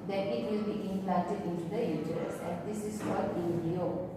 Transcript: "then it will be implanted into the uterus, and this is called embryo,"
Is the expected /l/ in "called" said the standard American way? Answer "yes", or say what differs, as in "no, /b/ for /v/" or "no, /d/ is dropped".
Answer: no, /l/ is dropped